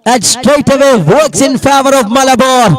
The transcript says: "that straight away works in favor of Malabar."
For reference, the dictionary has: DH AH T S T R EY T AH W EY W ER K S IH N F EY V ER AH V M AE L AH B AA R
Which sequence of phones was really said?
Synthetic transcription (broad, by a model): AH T S T R EY T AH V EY W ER K S IH N F EY V ER AH V M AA L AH B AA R